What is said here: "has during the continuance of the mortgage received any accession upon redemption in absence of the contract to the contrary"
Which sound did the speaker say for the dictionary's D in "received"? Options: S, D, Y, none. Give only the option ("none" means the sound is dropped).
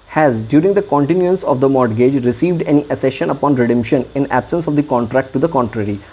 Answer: D